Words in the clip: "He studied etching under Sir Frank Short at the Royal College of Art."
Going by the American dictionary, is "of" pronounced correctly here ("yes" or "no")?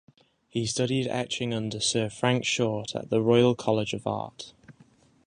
yes